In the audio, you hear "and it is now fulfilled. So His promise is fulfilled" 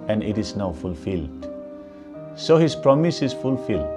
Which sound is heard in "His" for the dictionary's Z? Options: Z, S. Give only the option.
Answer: S